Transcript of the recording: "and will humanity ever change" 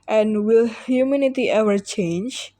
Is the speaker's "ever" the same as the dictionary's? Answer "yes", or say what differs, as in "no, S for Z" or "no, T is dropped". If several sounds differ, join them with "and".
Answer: no, W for V